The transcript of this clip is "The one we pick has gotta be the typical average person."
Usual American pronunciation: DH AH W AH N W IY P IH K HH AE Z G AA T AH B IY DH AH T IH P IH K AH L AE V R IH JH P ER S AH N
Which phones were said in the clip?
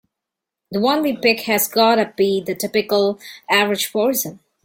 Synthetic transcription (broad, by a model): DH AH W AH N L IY P IH K HH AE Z G AA T AH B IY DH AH T IH P IH K AH L AE V R IH JH F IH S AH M